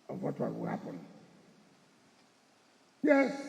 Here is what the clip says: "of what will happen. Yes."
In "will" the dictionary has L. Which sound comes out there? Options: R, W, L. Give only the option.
W